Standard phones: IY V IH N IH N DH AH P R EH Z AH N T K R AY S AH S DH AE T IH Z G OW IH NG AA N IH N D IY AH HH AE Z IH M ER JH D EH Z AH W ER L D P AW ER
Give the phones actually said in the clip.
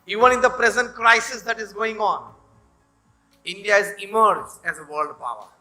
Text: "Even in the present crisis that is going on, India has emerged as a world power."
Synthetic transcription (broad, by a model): IY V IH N IH N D AH P R EH Z AH N T K R AY S AH S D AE T IH Z G OW IH NG AA N IH N D IY AH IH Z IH M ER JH EH Z AH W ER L D P AW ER